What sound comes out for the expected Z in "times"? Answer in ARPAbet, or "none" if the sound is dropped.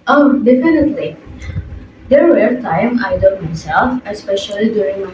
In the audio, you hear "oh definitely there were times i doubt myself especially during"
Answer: none